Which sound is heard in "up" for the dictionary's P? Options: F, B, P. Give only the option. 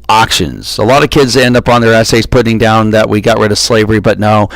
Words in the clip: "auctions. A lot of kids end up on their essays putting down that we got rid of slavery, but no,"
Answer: P